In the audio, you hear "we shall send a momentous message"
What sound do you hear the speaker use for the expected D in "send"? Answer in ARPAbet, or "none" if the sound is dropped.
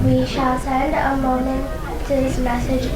D